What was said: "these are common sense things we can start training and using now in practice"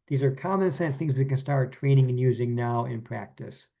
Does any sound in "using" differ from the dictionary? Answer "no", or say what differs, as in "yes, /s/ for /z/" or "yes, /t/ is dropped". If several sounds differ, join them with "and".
no